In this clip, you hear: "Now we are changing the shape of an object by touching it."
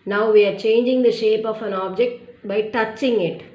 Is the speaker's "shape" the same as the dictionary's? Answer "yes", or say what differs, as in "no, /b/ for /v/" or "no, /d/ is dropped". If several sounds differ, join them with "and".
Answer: yes